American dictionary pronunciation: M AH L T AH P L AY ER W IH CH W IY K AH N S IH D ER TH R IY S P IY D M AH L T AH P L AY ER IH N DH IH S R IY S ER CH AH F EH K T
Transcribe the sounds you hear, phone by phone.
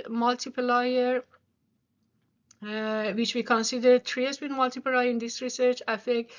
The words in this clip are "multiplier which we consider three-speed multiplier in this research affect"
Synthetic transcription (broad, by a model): M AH L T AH P L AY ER W IH CH W IY K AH N S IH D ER T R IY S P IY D M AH L T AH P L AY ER IH N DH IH S R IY S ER CH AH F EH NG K